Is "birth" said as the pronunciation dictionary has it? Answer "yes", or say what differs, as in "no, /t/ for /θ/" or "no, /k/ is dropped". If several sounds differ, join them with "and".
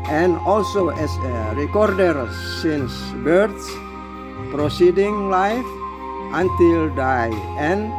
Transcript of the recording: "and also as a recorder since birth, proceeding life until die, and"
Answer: no, /s/ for /θ/